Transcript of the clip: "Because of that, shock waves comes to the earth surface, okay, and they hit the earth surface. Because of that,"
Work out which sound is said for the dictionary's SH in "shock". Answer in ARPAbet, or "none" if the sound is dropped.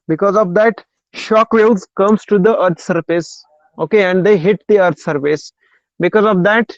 SH